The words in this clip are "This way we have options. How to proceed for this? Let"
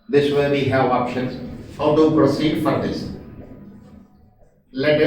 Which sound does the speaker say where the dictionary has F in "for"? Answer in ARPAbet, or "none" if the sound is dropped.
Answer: F